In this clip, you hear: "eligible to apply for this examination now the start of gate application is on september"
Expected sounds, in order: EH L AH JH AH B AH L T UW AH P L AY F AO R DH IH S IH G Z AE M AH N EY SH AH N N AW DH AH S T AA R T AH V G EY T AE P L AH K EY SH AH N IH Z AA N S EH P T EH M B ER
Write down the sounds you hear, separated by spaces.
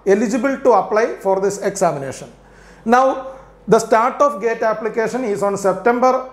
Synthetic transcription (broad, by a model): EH L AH JH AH B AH L T UW AH P L AY F AO R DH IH S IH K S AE M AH N EY SH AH N N AW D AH S T AA R T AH F G EY T AE P L AH K EY SH AH N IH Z AA N S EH P T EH M B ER